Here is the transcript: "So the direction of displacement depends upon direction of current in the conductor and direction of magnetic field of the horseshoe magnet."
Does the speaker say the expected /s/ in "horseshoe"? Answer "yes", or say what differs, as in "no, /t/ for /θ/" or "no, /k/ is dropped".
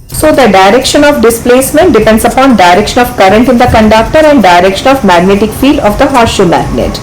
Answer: no, /s/ is dropped